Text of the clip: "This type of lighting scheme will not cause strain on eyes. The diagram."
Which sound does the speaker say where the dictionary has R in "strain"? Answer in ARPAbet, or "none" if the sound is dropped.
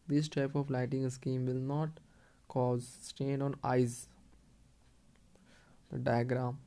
none